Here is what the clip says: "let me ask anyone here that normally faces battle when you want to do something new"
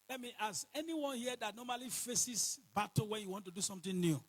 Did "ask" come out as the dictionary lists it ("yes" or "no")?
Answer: no